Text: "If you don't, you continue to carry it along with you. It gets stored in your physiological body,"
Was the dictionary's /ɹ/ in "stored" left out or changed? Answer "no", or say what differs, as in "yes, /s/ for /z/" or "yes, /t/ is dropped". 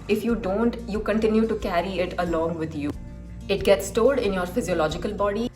yes, /l/ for /ɹ/